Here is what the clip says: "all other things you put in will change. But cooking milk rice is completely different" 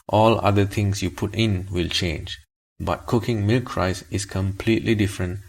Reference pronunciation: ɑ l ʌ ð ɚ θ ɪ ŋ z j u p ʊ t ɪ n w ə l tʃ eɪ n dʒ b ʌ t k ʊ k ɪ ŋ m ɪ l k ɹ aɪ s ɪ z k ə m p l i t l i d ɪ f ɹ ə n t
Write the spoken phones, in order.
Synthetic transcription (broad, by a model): ɑ l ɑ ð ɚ t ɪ ŋ s j u p ʊ t ɪ n w ə l tʃ eɪ n dʒ b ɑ t k ʊ k ɪ ŋ m ɪ l k ɹ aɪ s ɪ s k ə m p l i t l i d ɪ f ɹ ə n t